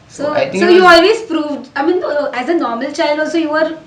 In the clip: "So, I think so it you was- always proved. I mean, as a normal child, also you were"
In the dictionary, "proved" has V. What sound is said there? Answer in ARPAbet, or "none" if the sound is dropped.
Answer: V